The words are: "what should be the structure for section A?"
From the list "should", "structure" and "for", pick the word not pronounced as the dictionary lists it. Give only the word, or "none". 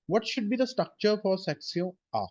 none